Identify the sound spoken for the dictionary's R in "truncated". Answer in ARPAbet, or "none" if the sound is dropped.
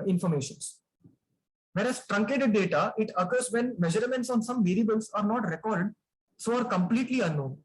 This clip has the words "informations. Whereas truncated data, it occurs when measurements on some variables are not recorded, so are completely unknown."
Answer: R